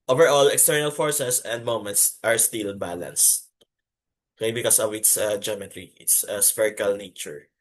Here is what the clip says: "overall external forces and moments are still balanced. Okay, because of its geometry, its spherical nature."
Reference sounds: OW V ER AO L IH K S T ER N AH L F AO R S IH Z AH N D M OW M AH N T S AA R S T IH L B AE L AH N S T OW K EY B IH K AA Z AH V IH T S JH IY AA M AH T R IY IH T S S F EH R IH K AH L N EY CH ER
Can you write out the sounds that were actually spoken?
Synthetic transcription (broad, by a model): OW V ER AO L IH K S T ER N AH L F AO R S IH S AH N D M OW M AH N T S AA R S T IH L B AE L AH N S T OW K EY B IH K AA S AH V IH T S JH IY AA M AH T R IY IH T S S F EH R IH K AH L N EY CH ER